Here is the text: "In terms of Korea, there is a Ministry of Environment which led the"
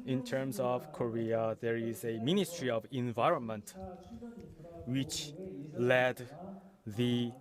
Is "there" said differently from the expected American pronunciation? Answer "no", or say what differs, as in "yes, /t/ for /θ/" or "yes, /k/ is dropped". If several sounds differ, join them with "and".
no